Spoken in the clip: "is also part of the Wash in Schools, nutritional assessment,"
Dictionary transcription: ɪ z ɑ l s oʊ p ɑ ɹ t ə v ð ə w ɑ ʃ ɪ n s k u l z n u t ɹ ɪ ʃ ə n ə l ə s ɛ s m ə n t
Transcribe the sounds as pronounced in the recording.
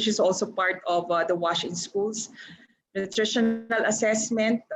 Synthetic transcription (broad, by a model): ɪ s ɑ l s oʊ p ɑ ɹ t ə v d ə w ɑ ʃ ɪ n s k u l s n u t ɹ ɪ ʃ ə n ə l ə s ɛ s m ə n t